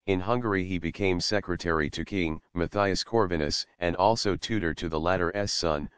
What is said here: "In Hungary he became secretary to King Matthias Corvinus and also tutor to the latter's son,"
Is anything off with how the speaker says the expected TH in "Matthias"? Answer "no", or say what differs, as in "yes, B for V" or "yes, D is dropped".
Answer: no